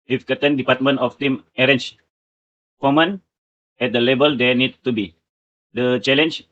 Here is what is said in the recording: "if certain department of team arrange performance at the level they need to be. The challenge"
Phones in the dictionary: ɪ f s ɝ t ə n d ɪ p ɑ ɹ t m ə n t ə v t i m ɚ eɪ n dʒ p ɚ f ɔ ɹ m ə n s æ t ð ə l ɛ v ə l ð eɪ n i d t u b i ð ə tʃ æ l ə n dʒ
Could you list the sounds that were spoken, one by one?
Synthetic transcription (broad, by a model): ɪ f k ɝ t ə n d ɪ p ɑ t m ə n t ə f t i m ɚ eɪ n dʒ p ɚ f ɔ m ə n ɛ t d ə l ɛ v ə l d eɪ n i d t u b i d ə tʃ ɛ l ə n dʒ